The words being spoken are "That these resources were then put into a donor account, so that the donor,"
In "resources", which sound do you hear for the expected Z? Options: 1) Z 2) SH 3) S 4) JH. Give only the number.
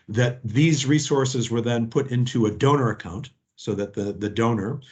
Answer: 1